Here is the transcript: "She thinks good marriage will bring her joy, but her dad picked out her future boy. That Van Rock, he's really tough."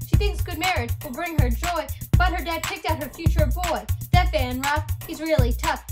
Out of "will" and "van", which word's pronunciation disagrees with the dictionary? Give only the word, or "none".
van